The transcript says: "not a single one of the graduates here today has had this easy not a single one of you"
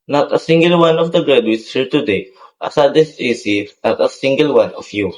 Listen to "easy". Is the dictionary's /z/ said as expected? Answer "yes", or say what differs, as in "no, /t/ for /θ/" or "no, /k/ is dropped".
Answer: no, /s/ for /z/